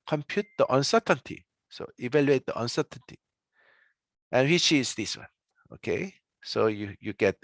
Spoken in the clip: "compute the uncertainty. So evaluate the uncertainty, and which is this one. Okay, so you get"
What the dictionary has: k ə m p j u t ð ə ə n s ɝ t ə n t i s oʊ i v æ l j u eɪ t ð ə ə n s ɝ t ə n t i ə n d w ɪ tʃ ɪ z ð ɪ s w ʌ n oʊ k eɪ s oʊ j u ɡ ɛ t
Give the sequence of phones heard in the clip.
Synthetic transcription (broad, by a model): k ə m p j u t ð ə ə n s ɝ t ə n t i s oʊ i v æ l j u eɪ t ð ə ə n s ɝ t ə n t i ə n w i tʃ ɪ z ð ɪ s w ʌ n oʊ k eɪ s oʊ j u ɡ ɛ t